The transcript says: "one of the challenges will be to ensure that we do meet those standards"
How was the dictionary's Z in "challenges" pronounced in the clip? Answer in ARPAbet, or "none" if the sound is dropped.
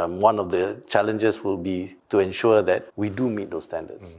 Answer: S